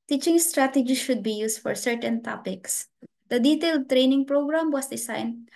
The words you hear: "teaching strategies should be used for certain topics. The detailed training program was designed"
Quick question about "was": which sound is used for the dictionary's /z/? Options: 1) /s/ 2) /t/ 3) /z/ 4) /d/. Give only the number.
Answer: 1